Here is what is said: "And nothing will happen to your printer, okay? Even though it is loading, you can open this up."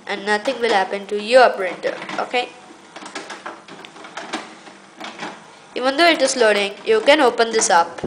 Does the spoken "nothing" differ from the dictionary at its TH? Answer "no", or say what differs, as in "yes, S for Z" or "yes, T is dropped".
yes, T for TH